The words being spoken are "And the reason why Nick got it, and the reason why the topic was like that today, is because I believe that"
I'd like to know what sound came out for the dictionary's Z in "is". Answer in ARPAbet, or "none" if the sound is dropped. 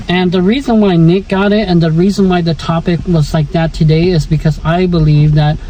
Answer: Z